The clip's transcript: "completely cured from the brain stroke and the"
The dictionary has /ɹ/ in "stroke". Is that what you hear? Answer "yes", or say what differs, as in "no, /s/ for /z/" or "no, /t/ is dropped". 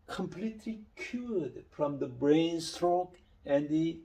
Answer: yes